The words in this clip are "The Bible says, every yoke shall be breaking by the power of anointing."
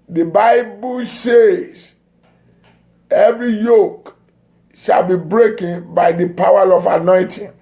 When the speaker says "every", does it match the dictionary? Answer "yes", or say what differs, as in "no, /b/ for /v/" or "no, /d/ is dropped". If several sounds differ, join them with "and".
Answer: yes